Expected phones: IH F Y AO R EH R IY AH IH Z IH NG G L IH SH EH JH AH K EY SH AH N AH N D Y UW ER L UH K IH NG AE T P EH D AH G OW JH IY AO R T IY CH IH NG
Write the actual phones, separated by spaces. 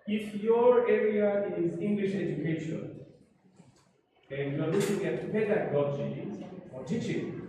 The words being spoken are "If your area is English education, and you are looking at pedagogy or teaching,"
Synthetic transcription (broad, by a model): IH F Y AO R EH R IY AH IH Z IH NG G L IH SH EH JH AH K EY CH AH AH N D Y UW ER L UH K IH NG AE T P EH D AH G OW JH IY AO R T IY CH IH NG